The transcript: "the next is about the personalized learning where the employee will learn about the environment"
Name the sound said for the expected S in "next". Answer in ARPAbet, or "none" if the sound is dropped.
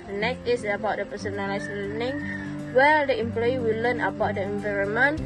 none